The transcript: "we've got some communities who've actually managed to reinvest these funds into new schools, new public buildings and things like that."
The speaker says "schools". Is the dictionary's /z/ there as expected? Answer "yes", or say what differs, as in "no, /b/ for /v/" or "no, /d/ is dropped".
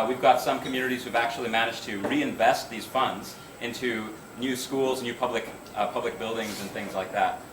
yes